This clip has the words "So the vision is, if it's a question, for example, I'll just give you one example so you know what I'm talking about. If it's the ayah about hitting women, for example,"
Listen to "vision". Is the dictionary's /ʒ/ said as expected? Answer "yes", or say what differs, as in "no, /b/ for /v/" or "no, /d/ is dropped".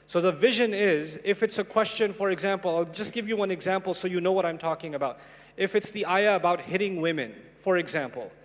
yes